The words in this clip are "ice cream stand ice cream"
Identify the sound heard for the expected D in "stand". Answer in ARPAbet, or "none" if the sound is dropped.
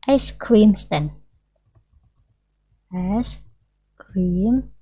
none